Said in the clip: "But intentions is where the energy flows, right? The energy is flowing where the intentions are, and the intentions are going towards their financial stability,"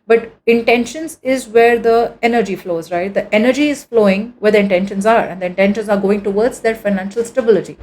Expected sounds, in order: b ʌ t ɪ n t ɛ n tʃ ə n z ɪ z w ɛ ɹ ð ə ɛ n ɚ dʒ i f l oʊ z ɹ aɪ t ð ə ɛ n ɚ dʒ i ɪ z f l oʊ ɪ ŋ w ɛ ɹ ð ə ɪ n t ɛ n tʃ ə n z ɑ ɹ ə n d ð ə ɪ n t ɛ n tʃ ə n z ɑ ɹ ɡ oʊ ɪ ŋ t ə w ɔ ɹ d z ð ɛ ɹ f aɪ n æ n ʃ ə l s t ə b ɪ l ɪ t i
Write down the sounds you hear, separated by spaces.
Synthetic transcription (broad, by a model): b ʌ t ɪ n t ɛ n ʃ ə n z ɪ z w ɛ ɹ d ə ɛ n ɚ dʒ i f l oʊ z ɹ aɪ t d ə ɛ n ɚ dʒ i ɪ z f l oʊ ɪ ŋ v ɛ ɹ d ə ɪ n t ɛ n ʃ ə n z ɑ ɹ ə n d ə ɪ n t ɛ n ʃ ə n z ɑ ɹ ɡ oʊ ɪ ŋ t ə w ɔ ɹ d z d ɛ ɹ f aɪ n æ n ʃ ə l s t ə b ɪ l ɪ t i